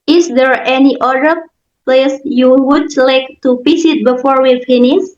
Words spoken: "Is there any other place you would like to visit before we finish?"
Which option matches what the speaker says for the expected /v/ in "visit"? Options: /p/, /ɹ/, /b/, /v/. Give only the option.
/p/